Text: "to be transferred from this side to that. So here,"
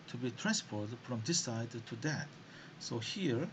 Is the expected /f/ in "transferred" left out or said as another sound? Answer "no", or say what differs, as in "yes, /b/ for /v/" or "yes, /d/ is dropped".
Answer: yes, /p/ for /f/